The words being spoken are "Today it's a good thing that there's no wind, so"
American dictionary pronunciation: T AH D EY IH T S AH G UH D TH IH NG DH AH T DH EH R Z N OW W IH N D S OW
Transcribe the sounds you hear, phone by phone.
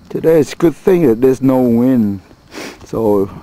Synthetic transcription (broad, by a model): T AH D EY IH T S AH G UH D TH IH NG DH AH T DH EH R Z N OW W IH N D S OW